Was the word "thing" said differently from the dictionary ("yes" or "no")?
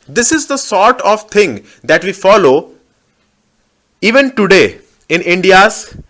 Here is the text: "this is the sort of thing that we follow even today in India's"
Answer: yes